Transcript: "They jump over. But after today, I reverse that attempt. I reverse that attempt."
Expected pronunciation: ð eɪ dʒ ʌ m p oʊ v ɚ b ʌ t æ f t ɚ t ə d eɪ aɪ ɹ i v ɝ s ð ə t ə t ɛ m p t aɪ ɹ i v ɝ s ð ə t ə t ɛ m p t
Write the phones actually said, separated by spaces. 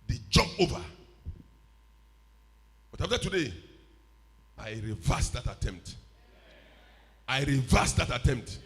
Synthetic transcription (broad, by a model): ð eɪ dʒ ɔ p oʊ v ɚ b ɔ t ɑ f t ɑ t ə d eɪ aɪ ɹ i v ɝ s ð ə t ə t ɛ m p t aɪ ɹ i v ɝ s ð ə t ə t ɛ m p t